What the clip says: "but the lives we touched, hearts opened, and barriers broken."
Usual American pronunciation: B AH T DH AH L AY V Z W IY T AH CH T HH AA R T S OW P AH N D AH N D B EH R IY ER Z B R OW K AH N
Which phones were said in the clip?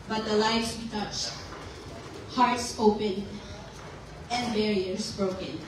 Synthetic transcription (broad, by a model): B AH T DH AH L AY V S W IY T AH CH T HH AA R T S OW P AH N AH N D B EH R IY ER S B R OW K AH N